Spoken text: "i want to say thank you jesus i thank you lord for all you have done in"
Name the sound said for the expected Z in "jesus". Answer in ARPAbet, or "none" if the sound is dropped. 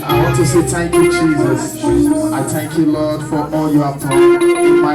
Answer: Z